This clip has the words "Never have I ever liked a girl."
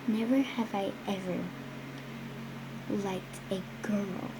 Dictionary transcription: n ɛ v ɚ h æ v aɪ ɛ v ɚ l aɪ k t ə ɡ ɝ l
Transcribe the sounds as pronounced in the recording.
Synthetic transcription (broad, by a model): n ɛ v ɚ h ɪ v aɪ ɛ v ɚ l aɪ k t ə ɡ ɝ l